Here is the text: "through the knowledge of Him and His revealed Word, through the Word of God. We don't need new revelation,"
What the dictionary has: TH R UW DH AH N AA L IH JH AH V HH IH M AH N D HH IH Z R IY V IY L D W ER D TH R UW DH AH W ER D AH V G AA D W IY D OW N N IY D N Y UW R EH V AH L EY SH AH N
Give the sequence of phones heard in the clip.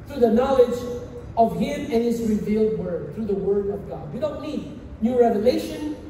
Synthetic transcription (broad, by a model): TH R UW DH AH N AA L IH JH AH V HH IH M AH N HH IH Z R IY V IY L D W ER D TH R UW DH AH W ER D AH V G AA D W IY D OW N N IY D N Y UW R EH V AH L EY SH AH N